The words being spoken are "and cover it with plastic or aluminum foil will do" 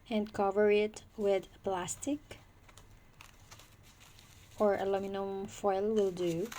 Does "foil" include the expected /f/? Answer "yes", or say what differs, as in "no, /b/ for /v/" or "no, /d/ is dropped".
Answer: yes